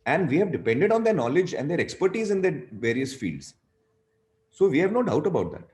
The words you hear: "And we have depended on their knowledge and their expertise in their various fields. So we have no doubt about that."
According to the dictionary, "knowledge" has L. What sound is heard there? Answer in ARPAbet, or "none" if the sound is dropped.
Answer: L